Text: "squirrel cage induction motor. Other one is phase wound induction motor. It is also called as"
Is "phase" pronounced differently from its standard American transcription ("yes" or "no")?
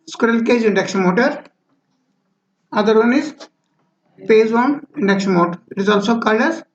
yes